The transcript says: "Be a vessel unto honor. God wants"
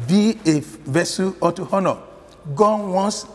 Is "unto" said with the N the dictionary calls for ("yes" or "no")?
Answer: no